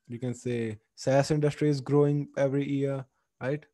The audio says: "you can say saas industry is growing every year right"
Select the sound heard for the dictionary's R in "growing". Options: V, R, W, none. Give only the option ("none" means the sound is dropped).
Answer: R